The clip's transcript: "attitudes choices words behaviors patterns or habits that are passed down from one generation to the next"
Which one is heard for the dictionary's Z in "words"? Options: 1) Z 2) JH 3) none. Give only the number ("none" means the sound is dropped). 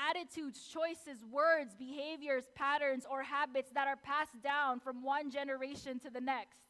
1